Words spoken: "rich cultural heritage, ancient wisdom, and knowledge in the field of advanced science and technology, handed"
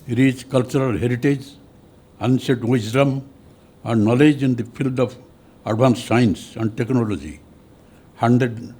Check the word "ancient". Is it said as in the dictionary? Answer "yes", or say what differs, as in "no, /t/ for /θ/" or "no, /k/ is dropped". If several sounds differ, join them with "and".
no, /s/ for /ʃ/ and /n/ is dropped